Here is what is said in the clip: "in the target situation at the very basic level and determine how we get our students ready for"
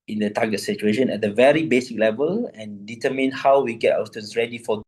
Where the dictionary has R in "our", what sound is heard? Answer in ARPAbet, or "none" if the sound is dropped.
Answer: W